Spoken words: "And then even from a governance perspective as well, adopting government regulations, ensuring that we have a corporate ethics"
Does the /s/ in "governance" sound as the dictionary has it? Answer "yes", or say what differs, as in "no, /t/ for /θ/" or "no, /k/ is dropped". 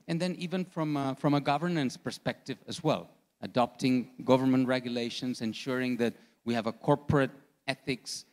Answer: yes